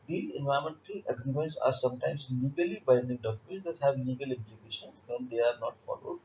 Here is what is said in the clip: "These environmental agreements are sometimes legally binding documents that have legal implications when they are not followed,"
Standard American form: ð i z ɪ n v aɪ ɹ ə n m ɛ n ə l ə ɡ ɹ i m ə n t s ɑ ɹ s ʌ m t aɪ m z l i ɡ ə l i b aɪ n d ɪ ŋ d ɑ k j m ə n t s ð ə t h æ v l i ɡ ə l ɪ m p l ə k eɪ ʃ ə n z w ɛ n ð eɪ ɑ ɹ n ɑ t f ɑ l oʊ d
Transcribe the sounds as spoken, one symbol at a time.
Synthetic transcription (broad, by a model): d i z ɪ n v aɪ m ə n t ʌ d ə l ə ɡ ɹ i m ə n t s ɑ ɹ s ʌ m t aɪ m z l i ɡ ə l i b aɪ n d ɪ ŋ d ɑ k j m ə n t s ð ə t h æ v l i ɡ ə l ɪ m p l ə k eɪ ʃ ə n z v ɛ n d eɪ ɑ ɹ n ɑ t f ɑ l oʊ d